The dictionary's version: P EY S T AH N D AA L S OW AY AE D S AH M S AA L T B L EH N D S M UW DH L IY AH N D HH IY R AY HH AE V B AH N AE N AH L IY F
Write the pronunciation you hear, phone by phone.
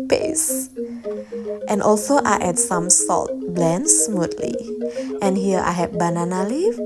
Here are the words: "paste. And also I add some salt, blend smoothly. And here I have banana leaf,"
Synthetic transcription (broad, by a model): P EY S T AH N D AA L S OW AY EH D S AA M S AA L T B L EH N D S M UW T L IY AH N HH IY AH AY HH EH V B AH N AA N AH L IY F